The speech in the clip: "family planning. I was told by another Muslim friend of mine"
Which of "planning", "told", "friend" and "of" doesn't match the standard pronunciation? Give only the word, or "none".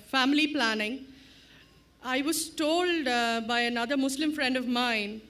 none